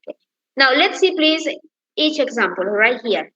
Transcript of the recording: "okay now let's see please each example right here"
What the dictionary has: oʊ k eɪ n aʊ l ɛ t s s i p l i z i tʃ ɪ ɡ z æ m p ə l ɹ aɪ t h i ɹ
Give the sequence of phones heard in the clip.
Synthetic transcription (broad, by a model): k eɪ n aʊ l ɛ t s s i p l i z i tʃ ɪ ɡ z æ m p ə l ɹ aɪ t h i ɹ